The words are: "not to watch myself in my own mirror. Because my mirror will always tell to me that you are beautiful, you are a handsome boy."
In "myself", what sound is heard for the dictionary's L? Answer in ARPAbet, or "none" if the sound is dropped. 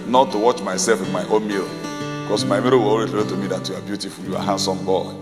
L